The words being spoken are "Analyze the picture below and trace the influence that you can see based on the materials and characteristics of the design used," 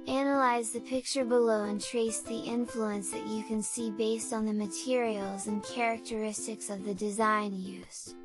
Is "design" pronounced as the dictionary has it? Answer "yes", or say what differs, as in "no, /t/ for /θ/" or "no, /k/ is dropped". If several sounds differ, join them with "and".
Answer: yes